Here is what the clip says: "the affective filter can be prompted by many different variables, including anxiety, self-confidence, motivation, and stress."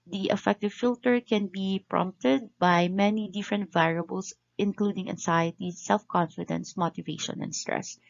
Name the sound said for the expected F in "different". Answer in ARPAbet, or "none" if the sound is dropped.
F